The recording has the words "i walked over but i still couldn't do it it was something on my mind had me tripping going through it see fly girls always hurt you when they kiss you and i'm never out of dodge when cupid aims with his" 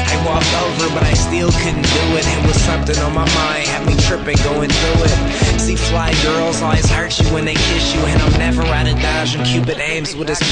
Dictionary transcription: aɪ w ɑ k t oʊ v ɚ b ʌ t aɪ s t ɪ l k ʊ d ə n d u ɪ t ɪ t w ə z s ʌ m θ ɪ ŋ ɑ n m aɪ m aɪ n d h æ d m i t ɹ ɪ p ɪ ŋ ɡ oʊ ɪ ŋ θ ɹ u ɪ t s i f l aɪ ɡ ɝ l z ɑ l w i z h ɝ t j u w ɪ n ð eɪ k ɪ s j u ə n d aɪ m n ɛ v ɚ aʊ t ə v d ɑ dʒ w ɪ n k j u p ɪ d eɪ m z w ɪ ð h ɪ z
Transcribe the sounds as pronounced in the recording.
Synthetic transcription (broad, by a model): aɪ w ɑ k t oʊ v ɚ b ʌ t aɪ s t ɪ l k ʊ d n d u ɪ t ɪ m w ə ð s ʌ m θ ɪ ŋ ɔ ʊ m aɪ m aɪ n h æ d m i t ɹ ɪ p ɪ ŋ ɡ oʊ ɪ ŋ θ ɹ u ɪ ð s i f l aɪ ɡ ɝ l z ɑ l w i z h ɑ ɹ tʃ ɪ w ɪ n ð eɪ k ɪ ʃ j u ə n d aɪ m n ɛ v ɚ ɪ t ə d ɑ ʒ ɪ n k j u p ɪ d eɪ m z w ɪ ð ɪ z